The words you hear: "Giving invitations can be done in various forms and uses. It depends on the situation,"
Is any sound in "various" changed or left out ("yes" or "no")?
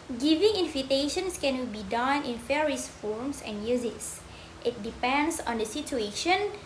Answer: yes